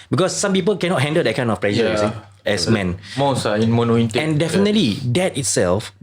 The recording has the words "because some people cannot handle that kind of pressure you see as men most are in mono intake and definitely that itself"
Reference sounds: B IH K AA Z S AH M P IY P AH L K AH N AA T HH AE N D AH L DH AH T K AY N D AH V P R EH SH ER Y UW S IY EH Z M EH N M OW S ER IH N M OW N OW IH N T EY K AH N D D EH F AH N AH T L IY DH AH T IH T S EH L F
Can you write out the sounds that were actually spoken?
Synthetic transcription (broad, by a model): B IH K AA S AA M P IY P AH L K AH N AA T HH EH N D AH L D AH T K AY N AH F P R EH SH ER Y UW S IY EH S M EH N M OW S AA IH N M OW N OW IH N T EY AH N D D EH F AH N AH T L IY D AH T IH T S EH L F